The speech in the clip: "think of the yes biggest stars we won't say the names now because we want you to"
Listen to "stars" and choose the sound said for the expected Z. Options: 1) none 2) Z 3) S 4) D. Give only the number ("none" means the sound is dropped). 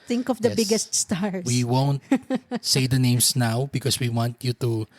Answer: 1